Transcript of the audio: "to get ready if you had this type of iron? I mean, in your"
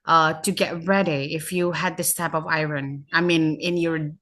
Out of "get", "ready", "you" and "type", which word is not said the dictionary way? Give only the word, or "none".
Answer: none